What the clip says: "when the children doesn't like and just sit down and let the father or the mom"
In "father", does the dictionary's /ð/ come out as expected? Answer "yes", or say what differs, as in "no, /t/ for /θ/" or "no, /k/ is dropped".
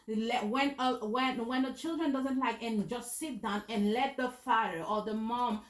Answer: no, /ð/ is dropped